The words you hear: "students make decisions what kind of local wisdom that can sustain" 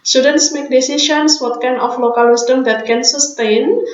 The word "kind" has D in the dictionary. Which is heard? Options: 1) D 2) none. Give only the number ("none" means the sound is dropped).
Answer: 2